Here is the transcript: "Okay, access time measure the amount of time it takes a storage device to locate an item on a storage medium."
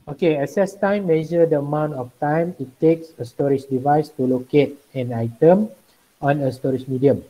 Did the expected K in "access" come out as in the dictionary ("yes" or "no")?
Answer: no